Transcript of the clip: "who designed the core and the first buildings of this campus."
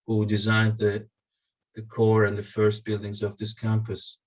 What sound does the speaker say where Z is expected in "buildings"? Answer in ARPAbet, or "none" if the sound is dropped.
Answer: Z